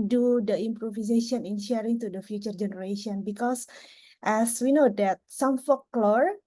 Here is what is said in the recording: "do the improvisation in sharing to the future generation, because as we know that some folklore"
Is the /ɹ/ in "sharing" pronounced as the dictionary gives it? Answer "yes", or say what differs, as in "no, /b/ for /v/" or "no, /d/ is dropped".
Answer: yes